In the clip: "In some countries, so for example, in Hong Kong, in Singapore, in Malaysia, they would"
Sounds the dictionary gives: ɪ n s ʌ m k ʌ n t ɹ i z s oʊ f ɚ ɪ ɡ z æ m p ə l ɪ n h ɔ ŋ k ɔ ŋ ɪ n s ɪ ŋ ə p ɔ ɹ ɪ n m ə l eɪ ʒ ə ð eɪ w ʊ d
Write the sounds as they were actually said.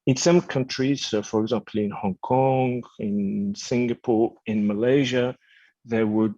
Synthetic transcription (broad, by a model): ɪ n s ʌ m k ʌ n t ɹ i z s oʊ f ɚ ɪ ɡ z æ m p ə l ɪ n h ɔ ŋ k ɔ ŋ ɪ n s ɪ ŋ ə p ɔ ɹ ɪ n m ə l eɪ ʒ ə ð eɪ w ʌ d